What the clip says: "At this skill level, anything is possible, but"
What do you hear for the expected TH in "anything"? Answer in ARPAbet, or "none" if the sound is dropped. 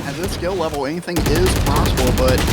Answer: TH